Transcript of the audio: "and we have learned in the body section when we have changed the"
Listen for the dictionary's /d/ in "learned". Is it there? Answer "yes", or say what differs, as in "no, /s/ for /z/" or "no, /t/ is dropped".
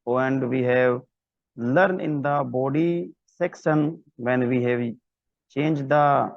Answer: no, /d/ is dropped